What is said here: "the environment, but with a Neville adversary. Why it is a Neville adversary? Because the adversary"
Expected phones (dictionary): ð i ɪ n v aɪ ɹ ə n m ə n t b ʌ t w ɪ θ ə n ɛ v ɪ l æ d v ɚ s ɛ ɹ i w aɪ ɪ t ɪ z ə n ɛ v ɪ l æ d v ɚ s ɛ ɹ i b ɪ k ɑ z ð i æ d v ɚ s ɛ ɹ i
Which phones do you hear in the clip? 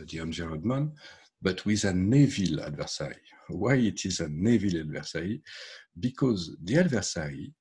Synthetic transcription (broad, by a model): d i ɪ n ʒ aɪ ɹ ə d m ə n b ʌ t w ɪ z ə n ɛ v ɪ l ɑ d v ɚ s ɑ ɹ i w aɪ ɪ t ɪ z ə n ɛ v ɪ l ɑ d v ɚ s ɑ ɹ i b ɪ k ɑ z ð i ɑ d v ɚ s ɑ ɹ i